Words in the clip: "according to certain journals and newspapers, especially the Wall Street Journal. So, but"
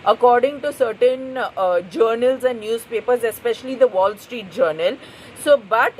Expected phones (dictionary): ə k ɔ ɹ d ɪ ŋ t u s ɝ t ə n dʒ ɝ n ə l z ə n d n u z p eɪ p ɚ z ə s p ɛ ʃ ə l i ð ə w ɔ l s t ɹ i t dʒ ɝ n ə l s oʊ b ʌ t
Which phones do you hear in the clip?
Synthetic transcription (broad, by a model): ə k ɔ ɹ d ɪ ŋ t u s ɝ t ə n dʒ ɝ n ə l z ə n d n u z p eɪ p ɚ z ə s p ɛ ʃ ə l i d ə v ɔ l s t ɹ i t dʒ ɝ n ə l s oʊ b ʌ t